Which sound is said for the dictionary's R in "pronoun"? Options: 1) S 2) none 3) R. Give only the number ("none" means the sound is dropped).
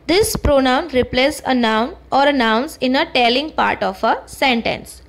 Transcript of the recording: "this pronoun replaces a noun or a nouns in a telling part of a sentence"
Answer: 3